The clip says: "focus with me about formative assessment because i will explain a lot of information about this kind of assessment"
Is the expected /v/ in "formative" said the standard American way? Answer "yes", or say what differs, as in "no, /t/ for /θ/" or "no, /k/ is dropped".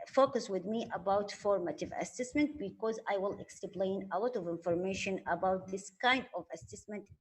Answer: yes